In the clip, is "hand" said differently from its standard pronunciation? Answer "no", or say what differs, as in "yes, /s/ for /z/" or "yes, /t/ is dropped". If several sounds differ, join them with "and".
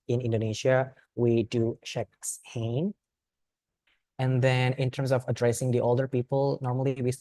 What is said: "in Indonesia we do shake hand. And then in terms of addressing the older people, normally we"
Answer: yes, /d/ is dropped